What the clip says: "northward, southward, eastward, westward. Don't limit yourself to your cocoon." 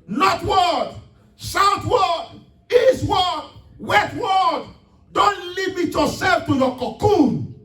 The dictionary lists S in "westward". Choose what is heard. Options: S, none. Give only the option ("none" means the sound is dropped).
none